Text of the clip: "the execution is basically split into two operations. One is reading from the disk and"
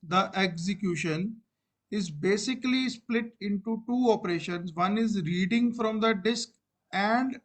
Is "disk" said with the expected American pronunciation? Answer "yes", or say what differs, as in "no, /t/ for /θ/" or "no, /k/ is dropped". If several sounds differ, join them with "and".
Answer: yes